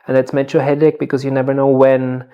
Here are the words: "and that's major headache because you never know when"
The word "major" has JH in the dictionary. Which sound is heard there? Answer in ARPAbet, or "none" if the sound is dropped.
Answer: CH